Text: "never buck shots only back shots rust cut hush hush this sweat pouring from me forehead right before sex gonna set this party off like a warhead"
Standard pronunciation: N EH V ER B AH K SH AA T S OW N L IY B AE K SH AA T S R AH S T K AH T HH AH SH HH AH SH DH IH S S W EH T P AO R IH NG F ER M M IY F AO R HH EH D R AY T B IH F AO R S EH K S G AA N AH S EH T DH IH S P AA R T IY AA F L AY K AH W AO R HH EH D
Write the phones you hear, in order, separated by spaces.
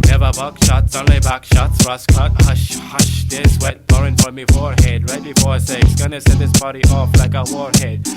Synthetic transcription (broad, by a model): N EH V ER B AH K SH AA T S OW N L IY B AE K SH AA T S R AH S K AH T HH AH SH HH AH SH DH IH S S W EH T B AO R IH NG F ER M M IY F AO R HH EH D R AY T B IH F AO R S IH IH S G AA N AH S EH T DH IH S B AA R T AA F L AY K AH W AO R HH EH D